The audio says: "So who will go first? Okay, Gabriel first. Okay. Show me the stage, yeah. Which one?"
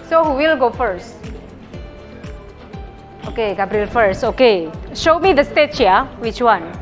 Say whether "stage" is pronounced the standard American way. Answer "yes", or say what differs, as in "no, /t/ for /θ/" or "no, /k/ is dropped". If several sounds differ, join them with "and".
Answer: no, /tʃ/ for /dʒ/